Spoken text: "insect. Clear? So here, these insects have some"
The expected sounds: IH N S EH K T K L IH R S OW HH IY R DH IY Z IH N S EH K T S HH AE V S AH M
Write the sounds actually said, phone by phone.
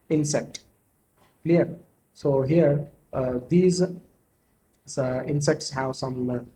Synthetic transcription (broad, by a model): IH N S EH K T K L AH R S OW HH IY R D IY Z IH N S EH K T S HH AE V S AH M